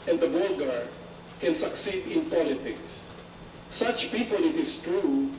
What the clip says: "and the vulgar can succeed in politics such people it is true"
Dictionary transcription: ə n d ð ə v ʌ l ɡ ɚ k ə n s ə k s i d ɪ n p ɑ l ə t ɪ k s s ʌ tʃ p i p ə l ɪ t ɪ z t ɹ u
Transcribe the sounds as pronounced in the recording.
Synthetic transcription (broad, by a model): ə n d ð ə b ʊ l ɡ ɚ k ə n s ə k s i d ɪ n p ɑ l ə t ɪ k s s ʌ tʃ p i p ə l ɪ t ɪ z t ɹ u